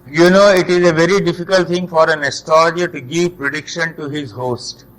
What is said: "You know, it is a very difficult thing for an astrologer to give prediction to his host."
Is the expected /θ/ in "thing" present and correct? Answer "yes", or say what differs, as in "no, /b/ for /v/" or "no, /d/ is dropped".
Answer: no, /t/ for /θ/